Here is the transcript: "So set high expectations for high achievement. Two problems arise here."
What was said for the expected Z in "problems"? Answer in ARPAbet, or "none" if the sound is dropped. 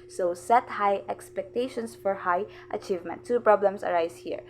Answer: S